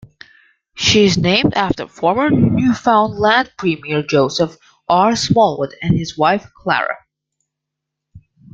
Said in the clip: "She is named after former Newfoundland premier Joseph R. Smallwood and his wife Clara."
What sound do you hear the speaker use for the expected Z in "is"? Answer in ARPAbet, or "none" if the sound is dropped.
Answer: Z